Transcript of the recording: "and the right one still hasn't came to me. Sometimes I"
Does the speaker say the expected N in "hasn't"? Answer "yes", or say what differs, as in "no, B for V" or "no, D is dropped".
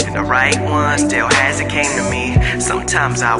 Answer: no, N is dropped